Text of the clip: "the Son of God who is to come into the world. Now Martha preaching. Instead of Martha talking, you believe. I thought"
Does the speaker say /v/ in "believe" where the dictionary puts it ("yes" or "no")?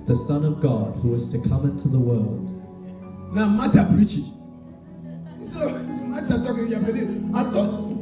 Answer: no